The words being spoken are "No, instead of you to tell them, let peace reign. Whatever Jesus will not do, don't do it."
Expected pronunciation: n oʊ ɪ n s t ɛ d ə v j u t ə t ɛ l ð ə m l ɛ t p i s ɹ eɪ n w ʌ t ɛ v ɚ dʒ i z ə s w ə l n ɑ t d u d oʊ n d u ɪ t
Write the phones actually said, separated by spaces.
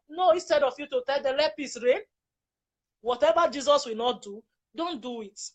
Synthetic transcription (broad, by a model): n oʊ ɪ n s t ɛ d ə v j u t ə t ɛ l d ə l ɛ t p i s ɹ eɪ n w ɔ t ɛ v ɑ dʒ i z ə s w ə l n ɑ t d u d oʊ n d u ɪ t